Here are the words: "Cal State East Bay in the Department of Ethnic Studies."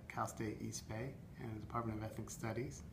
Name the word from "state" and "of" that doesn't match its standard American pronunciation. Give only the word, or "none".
none